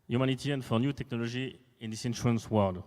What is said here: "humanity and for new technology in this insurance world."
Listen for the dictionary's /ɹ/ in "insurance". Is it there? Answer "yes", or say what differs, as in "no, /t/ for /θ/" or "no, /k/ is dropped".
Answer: no, /ɹ/ is dropped